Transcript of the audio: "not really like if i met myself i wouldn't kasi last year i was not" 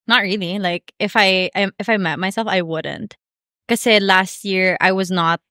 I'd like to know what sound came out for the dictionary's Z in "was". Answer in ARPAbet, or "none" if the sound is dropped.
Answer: Z